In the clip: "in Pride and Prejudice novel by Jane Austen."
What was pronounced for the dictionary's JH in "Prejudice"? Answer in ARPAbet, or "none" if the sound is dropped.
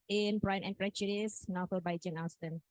CH